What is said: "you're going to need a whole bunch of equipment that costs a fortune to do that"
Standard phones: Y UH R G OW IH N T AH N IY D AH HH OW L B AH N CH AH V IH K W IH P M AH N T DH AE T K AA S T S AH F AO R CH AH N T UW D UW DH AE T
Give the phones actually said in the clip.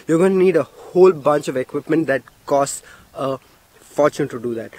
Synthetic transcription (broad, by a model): Y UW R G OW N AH N IY D AH HH OW L B AH N CH AH V IH K W IH P M AH N T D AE T K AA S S AH F AO R CH AH N T UW D UW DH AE T